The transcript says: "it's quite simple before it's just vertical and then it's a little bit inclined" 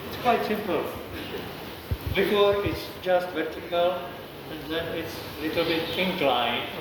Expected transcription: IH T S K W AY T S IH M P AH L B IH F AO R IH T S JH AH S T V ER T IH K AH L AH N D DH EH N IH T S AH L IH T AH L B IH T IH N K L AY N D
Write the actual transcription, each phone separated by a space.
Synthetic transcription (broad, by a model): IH T S K W AY T S IH M P AH L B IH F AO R IH T S JH AH S T V ER T IH K AH L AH N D DH EH N IH T S AH L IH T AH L B IH T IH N K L AY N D